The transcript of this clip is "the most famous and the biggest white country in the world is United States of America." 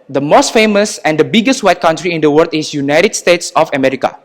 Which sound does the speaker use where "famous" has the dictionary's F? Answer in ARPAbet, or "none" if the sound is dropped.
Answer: F